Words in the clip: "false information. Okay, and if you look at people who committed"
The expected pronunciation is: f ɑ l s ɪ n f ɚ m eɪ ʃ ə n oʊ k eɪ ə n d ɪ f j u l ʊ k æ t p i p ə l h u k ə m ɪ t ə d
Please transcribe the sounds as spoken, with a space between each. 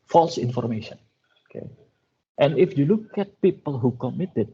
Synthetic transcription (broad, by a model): f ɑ l s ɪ n f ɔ m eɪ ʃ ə n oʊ k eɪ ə n ɪ f j u l ʊ k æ t p i p ə l h u k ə m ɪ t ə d